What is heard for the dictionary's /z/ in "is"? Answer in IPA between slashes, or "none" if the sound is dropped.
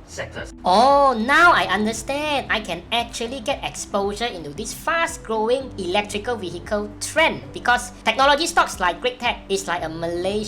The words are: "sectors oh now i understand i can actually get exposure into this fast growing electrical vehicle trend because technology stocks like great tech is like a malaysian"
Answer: /s/